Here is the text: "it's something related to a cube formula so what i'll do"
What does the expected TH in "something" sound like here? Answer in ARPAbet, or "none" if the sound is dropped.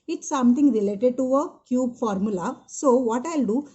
T